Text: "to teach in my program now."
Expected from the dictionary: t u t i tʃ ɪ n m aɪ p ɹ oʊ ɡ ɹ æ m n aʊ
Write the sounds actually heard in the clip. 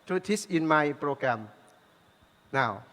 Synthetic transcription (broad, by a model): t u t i s ɪ n m aɪ p ɹ oʊ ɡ ɹ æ m n aʊ